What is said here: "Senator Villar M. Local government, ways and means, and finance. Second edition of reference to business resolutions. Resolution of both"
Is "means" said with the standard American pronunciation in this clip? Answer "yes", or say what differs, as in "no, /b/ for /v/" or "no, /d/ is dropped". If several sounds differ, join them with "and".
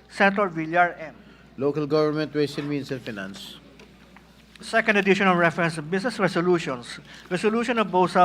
no, /s/ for /z/